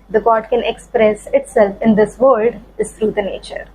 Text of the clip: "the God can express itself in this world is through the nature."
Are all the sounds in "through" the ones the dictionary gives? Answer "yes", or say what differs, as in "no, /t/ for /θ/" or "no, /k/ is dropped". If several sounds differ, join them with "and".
no, /t/ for /θ/